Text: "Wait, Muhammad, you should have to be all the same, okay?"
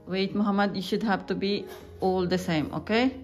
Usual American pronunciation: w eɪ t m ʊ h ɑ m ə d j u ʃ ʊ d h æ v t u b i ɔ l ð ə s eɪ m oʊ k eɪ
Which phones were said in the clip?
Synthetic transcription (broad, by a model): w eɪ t m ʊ h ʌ m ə d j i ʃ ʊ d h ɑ b t u b i ɔ l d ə s eɪ m oʊ k eɪ